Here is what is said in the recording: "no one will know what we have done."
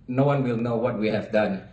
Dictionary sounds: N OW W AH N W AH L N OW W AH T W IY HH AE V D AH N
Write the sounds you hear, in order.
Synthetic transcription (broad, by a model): N OW W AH N W AH L N OW W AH T W IY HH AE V D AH N